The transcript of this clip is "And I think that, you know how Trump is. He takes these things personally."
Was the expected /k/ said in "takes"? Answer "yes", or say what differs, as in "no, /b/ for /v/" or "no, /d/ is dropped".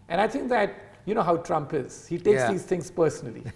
no, /k/ is dropped